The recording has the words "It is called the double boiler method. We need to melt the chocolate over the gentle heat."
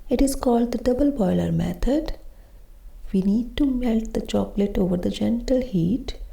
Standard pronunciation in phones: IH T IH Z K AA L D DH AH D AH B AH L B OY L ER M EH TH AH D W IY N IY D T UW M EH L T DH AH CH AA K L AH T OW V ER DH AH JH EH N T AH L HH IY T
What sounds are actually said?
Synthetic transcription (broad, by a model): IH T IH Z K AA L D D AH D AH B AH L B OY L ER M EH T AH D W IY N IY D T UW M EH L T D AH CH AA K L AH T OW V ER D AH JH EH N T AH L HH IY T